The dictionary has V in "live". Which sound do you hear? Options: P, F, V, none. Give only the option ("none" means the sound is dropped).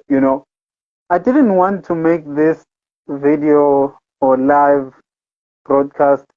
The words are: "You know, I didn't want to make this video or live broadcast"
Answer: V